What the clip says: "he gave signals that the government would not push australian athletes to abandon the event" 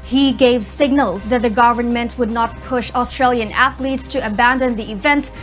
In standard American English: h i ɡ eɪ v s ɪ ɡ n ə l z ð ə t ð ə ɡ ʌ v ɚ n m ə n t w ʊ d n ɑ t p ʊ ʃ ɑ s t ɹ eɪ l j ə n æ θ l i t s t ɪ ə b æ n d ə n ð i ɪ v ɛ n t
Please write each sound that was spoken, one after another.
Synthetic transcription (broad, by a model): h i ɡ eɪ v s ɪ ɡ n ə l z ð ə t ð ə ɡ ʌ v ɚ n m ə n t w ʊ d n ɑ t p ʊ ʃ ɑ s t ɹ eɪ l j ə n æ θ l i t s t ɪ ə b æ n d ə n ð i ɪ v ɛ n t